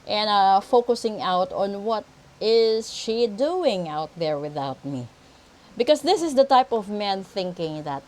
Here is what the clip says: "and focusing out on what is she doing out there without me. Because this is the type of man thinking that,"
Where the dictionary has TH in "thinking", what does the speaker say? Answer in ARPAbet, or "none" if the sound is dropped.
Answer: TH